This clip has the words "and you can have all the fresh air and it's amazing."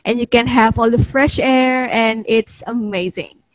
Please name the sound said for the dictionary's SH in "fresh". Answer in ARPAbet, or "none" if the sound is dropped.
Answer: SH